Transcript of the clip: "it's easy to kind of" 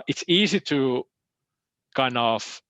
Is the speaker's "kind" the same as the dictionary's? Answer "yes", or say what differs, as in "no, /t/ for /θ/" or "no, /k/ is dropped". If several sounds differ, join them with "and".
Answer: no, /d/ is dropped